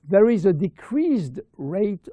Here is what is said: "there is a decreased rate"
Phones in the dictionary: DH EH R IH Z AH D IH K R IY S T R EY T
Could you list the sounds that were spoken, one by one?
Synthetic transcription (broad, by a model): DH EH R IH Z AH D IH K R IY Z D R EY T